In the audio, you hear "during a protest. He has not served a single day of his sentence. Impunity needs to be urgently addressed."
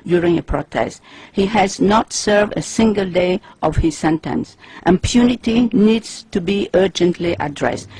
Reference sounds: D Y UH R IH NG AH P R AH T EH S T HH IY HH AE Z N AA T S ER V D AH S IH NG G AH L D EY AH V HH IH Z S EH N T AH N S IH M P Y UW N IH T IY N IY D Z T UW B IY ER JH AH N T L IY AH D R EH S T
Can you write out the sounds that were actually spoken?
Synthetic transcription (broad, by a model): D Y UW R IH NG AH P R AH T EH S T HH IY HH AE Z N AA T S ER V D AH S IH NG G AH L D EY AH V HH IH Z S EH N T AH N S IH M P Y UW N IH T IY N IY D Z T UW B IY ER JH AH N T L IY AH D R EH S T